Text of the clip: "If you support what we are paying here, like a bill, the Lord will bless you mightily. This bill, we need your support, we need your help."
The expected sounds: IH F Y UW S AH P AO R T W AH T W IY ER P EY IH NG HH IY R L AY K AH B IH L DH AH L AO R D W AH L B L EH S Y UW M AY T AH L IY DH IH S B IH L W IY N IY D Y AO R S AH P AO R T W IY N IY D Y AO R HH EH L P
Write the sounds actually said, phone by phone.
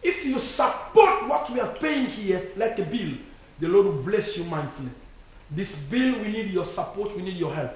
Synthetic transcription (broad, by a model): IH F Y UW S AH P AO T W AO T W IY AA P EY IH NG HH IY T L AY K AH B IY L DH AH L AO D W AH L B L EH S Y UW M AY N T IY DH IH S B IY L W IY N IY D Y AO S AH P AO T W IY N IY D Y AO HH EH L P